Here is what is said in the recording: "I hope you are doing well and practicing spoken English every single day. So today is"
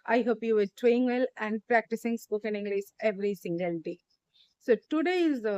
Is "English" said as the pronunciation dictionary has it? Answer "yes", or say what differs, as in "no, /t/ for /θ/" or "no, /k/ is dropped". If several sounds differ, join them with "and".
no, /s/ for /ʃ/